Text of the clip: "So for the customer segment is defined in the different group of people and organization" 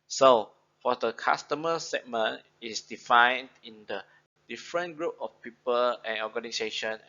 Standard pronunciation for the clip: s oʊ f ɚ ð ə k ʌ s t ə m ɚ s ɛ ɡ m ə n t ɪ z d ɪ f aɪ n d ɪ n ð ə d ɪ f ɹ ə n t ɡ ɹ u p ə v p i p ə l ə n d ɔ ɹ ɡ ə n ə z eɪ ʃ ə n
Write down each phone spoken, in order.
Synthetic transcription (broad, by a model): s oʊ f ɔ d ə k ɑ s t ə m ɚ s ɛ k m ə n ɪ s d ɪ f aɪ n d ɪ n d ə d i f ɹ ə n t ɡ ɹ u p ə f p i p ə l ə n ɔ ɡ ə n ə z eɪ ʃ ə n